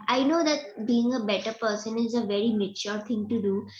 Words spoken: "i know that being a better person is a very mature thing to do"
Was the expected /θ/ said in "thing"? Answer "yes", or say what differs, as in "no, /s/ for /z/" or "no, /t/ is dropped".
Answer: no, /t/ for /θ/